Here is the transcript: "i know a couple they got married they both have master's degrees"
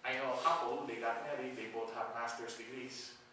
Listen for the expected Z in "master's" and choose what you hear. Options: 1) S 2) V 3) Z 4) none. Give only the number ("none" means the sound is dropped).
1